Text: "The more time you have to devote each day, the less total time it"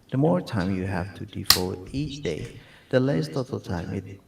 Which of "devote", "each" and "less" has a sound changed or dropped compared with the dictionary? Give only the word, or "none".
devote